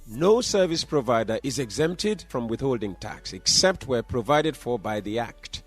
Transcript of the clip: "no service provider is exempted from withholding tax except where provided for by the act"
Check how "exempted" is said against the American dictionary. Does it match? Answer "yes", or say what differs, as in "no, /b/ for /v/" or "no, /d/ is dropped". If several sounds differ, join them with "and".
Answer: yes